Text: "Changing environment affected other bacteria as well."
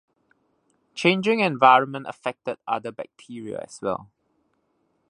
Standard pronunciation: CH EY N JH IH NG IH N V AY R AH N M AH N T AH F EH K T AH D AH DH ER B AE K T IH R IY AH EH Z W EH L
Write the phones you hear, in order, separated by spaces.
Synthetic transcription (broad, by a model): CH EY N JH IH NG IH N V AY R AH N M AH N T AH F EH K T AH D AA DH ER B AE K T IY R IY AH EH S W EH L